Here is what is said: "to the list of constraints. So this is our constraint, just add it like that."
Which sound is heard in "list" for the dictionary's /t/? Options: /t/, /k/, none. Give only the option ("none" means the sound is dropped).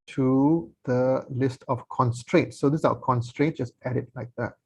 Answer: /t/